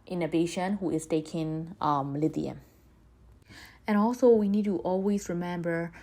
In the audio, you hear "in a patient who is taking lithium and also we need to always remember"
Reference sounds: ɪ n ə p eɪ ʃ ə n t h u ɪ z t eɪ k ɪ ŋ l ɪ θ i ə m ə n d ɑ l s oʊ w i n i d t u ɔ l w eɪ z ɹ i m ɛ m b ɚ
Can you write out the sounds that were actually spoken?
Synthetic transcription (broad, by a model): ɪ n ə b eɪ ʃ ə n h u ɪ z t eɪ k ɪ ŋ l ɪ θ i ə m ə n ɑ l s oʊ w i n i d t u ɔ l w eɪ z ɹ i m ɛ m b ɚ